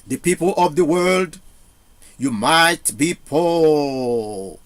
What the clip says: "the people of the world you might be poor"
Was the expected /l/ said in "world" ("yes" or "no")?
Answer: yes